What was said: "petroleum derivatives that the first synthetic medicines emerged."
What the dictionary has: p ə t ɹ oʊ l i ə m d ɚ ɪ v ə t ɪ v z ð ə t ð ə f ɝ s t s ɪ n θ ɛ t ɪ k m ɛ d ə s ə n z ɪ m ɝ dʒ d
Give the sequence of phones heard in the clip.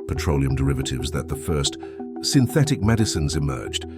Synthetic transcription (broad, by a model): p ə t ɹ oʊ l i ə m d ɚ ɪ v ə t ɪ v z ð ə t ð ə f ɝ s t s ɪ n θ ɛ t ɪ k m ɛ d ə s ə n z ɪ m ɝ dʒ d